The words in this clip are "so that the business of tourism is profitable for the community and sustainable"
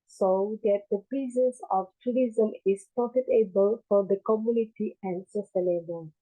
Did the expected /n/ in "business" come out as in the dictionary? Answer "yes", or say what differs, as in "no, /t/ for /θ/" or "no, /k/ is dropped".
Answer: no, /n/ is dropped